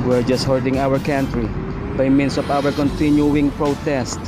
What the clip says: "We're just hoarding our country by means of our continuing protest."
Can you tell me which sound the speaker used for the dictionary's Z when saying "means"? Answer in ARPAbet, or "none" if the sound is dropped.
S